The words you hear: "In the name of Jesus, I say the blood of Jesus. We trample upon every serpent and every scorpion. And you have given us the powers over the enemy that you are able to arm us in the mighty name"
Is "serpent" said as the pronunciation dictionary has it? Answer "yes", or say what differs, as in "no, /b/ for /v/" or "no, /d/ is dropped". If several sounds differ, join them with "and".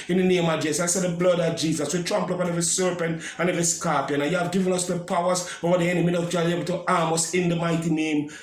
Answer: yes